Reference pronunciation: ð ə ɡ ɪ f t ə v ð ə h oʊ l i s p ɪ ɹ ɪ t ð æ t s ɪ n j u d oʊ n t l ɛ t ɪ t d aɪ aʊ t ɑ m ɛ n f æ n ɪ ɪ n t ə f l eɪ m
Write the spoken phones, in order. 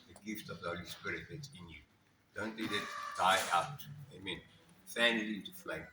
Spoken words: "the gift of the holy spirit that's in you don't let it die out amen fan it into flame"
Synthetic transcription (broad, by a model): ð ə ɡ ɪ f t ə v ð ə h oʊ l i s p ɪ ɹ ɪ t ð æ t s ɪ n j u d oʊ n t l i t ɪ t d aɪ aʊ t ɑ m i n f æ n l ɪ t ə f l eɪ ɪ